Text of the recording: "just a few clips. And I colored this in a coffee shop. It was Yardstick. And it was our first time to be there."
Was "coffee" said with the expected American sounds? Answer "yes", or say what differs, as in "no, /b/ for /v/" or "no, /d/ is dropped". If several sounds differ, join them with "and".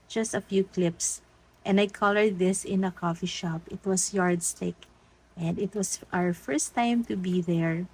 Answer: yes